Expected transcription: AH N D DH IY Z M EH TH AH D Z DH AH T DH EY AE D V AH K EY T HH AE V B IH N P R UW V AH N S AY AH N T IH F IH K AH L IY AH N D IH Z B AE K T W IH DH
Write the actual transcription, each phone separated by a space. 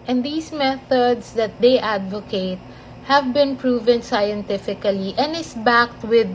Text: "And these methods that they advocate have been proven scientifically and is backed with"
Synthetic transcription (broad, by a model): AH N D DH IY S M EH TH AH D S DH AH T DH EY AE D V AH K EY T HH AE V B IH N P R UW V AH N S AY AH N T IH F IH K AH L IY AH N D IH S B AE K T W IH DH